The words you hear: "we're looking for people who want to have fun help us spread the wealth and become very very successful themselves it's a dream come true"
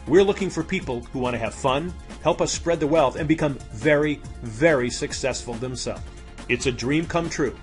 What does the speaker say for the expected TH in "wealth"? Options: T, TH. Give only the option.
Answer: TH